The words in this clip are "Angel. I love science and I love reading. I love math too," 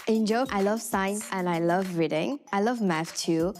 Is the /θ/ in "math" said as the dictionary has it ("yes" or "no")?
no